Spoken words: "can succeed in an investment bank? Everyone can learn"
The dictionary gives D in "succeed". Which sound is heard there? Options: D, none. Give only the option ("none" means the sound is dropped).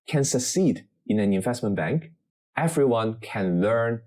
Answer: D